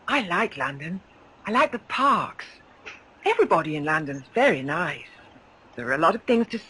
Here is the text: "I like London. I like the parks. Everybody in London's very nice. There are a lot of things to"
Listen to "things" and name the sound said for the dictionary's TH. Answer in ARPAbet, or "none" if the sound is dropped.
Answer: TH